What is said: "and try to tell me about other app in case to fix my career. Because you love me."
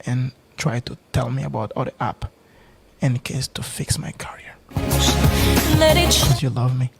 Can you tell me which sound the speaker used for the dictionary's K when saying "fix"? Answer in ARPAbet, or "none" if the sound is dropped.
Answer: K